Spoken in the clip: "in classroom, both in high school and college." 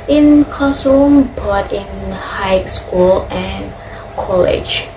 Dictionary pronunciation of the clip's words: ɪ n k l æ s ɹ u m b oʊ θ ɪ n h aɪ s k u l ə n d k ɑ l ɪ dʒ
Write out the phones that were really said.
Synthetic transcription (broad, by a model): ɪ n k ɔ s u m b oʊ t ɪ n h aɪ s k u l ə n k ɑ l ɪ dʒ